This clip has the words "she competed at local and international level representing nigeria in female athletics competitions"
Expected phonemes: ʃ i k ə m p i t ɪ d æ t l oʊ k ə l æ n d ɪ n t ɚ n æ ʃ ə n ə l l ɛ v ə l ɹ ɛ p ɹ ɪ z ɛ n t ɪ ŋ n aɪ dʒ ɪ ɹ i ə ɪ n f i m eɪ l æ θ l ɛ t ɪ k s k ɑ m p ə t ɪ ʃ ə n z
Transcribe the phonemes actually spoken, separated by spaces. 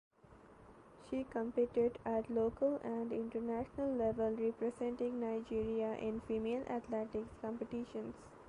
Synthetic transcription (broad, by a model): ʃ i k ə m p i t ɪ d æ t l oʊ k ə l æ n d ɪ n t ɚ n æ ʃ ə n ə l l ɛ v ə l ɹ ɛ p ɹ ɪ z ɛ n t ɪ ŋ n aɪ dʒ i ɹ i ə ɪ n f i m eɪ l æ t l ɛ t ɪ k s k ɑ m p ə t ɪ ʃ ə n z